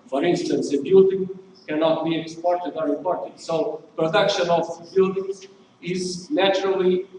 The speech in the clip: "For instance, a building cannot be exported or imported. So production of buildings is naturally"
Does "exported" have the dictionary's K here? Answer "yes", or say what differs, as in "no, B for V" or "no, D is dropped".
yes